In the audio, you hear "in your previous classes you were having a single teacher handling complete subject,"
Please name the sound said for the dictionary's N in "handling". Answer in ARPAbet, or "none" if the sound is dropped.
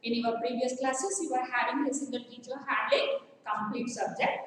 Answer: none